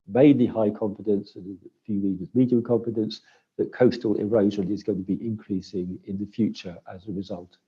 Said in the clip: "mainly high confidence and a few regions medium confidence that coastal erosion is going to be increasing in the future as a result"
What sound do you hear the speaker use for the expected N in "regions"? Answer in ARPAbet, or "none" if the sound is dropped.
none